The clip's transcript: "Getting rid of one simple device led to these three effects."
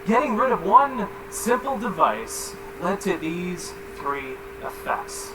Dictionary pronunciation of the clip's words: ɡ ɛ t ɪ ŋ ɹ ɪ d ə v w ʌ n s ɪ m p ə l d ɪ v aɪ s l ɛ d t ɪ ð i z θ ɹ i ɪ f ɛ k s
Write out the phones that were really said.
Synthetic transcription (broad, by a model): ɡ ɛ t ɪ ŋ ɹ ɪ d ə v w ʌ n s ɪ m p l d ɪ v aɪ s l ɛ d t ɪ ð i z θ ɹ i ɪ f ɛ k s